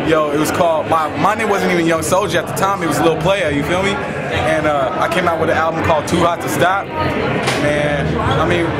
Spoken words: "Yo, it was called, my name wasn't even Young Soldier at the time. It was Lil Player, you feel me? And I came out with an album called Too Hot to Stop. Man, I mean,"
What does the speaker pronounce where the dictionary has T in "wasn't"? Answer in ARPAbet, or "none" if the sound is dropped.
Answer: T